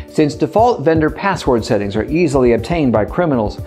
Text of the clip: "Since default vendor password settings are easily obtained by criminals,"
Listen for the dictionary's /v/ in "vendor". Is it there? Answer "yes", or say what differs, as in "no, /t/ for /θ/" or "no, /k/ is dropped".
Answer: yes